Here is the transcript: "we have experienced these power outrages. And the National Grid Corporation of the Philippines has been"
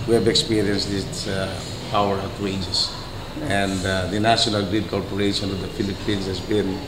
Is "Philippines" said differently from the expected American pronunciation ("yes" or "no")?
yes